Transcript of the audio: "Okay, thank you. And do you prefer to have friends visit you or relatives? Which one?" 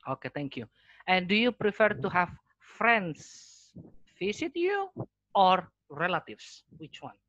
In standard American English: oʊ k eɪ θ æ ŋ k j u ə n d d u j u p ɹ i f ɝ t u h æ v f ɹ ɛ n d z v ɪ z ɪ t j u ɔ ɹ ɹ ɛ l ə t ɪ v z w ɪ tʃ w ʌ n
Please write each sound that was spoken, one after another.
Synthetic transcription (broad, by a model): oʊ k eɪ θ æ ŋ k j u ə n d d u j u p ɹ i f ɝ t u h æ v f ɹ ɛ n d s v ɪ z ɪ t j u ɔ ɹ ɹ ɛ l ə t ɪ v s w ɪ tʃ w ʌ n